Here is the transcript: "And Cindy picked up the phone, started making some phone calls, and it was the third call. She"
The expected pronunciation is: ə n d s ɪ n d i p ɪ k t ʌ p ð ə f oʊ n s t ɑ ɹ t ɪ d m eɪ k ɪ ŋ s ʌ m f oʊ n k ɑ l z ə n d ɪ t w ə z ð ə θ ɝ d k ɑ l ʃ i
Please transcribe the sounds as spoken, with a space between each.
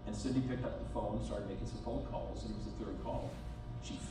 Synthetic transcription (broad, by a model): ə n s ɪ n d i p ɪ k t ʌ p ð ə f oʊ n s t ɑ ɹ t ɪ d m eɪ k ɪ ŋ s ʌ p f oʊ k ɑ l s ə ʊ ɪ t w ə z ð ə θ ɝ d k ɑ l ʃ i